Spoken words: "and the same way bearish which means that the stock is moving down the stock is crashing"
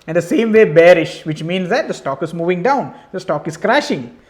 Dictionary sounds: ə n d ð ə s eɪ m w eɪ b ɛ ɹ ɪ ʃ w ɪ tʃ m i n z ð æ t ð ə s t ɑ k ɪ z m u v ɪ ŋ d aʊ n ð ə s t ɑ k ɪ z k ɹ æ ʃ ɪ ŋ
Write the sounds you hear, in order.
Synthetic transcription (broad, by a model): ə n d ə s eɪ m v eɪ b ɛ ɹ ɪ ʃ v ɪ tʃ m i n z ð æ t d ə s t ɑ k ɪ z m u v ɪ ŋ d aʊ n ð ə s t ɑ k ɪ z k ɹ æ ʃ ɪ ŋ